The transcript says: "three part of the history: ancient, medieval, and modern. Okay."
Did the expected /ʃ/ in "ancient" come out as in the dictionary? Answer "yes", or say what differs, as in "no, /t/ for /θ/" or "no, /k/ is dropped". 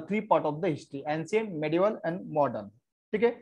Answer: no, /s/ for /ʃ/